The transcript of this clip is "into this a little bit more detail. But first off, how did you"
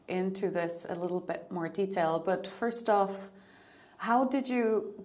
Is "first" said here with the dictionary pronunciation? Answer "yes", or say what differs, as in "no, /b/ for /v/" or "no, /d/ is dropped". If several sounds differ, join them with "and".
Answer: yes